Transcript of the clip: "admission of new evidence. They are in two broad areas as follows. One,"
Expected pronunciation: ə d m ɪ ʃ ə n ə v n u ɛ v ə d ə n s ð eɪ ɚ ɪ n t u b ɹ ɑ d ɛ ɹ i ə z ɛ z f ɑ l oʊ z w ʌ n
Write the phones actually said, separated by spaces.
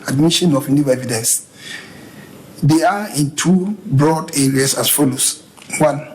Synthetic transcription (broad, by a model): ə d m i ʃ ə n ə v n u ɛ v ə d ə n s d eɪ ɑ ɪ n t u b ɹ ɑ d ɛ ɹ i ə s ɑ s f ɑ l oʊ s w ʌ n